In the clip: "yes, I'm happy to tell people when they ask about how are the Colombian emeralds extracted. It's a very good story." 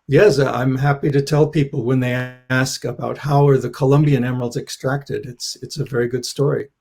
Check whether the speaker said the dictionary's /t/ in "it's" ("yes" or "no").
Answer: yes